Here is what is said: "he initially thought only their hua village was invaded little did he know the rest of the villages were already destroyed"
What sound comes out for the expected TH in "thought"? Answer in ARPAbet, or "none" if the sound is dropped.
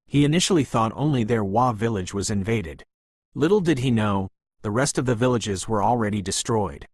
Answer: TH